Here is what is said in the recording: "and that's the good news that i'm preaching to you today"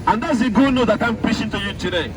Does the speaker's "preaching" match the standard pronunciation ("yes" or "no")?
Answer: no